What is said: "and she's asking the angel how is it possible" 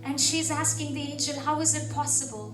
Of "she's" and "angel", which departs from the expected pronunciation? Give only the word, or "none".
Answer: angel